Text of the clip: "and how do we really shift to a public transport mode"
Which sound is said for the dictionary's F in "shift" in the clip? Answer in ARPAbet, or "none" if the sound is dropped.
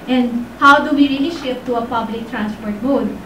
none